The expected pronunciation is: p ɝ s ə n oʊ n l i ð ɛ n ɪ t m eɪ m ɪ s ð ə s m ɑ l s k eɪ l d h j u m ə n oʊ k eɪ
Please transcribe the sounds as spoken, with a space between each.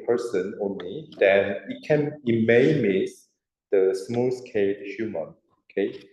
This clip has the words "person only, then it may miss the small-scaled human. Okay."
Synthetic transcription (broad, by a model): p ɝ s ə n oʊ n l i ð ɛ n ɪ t m eɪ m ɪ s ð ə s m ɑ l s k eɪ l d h j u m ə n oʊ k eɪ